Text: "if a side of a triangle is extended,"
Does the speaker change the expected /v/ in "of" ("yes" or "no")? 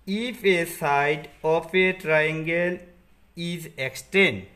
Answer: yes